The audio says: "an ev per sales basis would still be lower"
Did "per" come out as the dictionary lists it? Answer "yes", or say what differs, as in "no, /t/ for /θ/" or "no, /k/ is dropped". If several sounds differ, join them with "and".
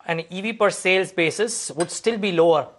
yes